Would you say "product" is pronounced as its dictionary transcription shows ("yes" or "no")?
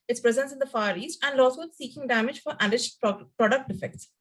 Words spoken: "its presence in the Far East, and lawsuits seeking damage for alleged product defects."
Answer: yes